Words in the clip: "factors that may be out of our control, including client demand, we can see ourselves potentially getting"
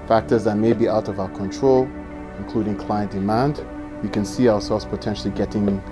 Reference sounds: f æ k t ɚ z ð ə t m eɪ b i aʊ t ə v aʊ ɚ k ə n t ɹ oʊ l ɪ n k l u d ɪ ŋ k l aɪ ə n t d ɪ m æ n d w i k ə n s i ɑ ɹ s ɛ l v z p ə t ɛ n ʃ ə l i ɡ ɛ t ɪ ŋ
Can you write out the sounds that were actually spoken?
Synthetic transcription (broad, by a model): f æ k t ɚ z ð ə t m eɪ b i aʊ t ə v aʊ ɚ k ə n t ɹ oʊ l ɪ n k l u d ɪ ŋ k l aɪ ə n d ɪ m æ n d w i k ə n s i ɑ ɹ s ɛ l v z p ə t ɛ n ʃ l i ɡ ɛ t ɪ ŋ